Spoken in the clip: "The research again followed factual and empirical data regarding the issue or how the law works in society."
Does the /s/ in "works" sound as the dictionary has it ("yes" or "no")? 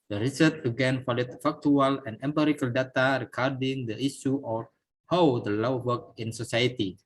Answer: no